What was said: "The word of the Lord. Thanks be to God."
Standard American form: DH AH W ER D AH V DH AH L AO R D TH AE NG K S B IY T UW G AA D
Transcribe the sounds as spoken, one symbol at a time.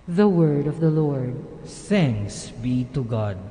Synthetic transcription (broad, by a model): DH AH W ER D AH V DH AH L AO R D S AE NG S B IY T UW G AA D